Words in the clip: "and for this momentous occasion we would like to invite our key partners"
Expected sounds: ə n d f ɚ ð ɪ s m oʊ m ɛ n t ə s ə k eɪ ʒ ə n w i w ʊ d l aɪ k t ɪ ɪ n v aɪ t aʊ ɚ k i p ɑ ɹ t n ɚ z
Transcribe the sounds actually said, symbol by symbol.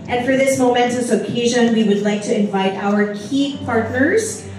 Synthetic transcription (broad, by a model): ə n f ɚ ð ɪ s m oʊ m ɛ n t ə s ə k eɪ ʒ ə n w i w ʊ d l aɪ k t ɪ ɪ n v aɪ t aʊ ɚ k i p ɑ ɹ t n ɚ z